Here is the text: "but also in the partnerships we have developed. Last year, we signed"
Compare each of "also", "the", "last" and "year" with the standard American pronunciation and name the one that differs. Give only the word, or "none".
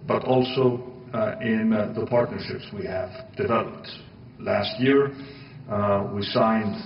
none